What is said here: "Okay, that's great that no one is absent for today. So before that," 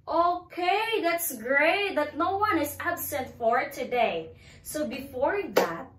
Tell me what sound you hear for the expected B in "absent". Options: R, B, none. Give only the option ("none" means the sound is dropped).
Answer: B